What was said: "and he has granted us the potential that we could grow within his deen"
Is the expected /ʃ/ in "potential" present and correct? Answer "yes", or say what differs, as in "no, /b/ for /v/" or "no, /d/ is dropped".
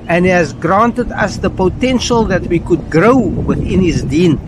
yes